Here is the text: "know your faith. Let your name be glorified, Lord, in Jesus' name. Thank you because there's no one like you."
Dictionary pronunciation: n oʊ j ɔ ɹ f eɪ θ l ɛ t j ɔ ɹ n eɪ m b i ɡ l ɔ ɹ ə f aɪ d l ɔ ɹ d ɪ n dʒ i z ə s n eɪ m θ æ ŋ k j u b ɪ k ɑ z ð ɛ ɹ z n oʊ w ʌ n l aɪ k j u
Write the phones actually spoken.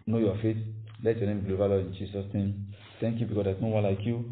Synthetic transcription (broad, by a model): n oʊ j ɔ f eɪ t l ɛ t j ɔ n eɪ m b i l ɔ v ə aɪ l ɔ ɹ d ɪ n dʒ i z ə s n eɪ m t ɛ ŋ k j u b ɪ k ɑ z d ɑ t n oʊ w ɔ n l aɪ k j u